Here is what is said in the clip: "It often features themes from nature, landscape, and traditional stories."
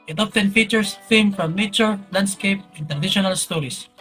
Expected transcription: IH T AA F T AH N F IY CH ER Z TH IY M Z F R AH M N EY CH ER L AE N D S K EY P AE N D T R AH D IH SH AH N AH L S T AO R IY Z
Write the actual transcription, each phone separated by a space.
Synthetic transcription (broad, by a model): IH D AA P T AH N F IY CH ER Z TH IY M F R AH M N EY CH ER L AE N D S K EY P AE N T R AH D IH SH AH N AH L S T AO R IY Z